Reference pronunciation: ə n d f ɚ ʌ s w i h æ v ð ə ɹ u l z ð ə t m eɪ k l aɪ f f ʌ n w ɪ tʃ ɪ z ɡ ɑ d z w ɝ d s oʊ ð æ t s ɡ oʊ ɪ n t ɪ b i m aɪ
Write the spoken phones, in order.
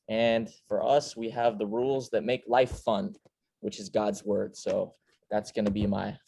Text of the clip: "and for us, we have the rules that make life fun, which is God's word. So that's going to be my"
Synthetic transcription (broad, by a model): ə n f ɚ ʌ s w i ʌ v ð ə ɹ u l z ð ə t m eɪ k l aɪ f f ʌ n w ɪ tʃ ɪ z ɡ ɑ d z w ɝ d s oʊ ð æ t s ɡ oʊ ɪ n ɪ b i m aɪ